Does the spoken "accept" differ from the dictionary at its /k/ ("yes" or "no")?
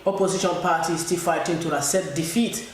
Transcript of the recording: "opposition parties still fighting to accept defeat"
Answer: yes